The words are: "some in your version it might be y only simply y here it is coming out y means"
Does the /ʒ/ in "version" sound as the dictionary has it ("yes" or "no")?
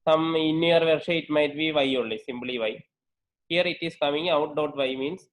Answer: no